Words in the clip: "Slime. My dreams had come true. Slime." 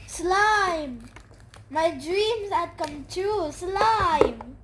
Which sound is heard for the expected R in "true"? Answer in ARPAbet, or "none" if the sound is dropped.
none